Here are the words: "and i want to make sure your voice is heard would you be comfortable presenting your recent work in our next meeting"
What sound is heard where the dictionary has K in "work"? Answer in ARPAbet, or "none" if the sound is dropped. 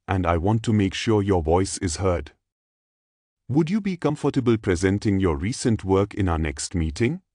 K